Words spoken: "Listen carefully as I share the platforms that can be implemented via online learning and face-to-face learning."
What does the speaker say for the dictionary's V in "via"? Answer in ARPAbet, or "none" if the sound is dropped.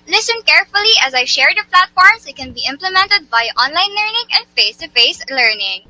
B